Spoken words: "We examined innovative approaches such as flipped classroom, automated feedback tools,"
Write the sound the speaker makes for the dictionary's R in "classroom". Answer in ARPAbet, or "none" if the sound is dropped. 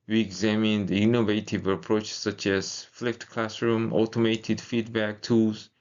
R